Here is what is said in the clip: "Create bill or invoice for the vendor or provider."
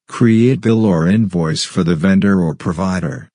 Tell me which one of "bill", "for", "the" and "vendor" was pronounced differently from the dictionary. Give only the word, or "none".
none